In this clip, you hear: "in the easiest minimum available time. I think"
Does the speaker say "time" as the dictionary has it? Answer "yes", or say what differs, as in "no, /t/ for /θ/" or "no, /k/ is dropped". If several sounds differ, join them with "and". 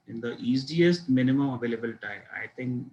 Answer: no, /m/ is dropped